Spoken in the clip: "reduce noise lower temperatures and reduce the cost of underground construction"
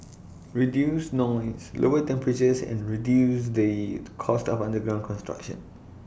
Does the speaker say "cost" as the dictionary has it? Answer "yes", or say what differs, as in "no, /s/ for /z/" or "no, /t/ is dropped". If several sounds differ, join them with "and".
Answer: yes